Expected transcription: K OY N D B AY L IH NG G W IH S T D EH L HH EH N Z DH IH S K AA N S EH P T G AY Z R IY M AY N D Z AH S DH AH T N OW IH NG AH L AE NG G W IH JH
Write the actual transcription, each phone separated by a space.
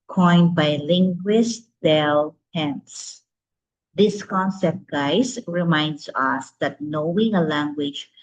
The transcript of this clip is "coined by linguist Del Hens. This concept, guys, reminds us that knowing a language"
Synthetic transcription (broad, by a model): K OY N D B AY L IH NG G W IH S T D EH L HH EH N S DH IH S K AA N S EH P T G AY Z R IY M AY N D S AH S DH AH T N OW IH NG AH L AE NG G W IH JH